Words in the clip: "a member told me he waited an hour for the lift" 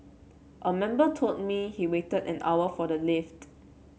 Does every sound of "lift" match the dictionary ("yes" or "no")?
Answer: yes